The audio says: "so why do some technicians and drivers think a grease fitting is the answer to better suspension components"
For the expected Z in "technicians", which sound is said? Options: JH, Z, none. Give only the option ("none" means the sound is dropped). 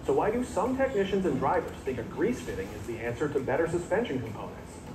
Z